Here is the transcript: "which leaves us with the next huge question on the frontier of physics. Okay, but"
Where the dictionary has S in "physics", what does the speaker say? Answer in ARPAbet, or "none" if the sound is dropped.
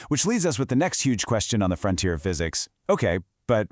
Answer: S